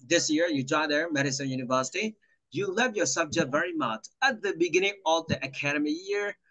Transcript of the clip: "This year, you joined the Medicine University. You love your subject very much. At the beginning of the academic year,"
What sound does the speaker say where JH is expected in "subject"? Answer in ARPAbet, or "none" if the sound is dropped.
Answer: JH